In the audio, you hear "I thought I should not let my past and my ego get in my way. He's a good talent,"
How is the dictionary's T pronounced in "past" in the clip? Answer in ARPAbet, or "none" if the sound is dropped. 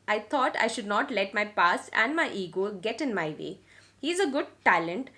none